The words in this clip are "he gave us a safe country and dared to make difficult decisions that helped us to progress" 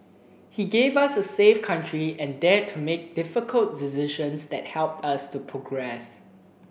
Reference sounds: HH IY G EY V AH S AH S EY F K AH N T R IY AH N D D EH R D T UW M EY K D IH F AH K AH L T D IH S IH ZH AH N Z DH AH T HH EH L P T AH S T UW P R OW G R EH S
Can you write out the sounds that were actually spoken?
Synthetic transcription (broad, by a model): HH IY G EY V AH S AH S EY F K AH N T R IY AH N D D EH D T UW M EY K D IH F AH K AH L T D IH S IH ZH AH N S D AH T HH EH L P T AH S T UW P R OW G R EH S